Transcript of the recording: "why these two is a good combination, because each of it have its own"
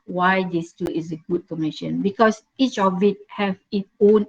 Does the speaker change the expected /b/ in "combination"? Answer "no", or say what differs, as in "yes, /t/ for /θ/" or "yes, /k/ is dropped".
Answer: yes, /b/ is dropped